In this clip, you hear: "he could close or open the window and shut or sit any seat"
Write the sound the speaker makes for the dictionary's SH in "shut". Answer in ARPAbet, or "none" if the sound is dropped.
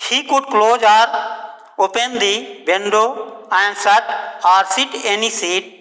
S